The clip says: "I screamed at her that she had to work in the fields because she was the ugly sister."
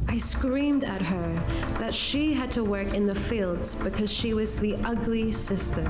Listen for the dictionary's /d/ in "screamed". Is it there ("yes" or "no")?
yes